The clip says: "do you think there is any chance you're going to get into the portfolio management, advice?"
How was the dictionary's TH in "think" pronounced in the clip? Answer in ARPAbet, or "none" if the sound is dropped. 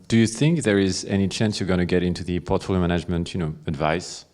TH